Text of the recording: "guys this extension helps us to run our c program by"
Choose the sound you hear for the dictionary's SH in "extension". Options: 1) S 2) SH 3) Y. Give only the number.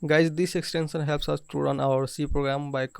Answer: 1